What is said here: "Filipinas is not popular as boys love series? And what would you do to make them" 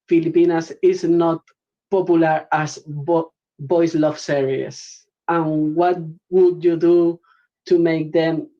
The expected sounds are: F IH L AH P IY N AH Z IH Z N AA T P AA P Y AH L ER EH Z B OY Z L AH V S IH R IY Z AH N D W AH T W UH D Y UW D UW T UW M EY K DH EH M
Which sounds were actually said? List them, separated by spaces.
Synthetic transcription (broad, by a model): F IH L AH P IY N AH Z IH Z N AA T P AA P Y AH L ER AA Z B OY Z L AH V S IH R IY S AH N W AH T W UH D Y UW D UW T UW M EY K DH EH M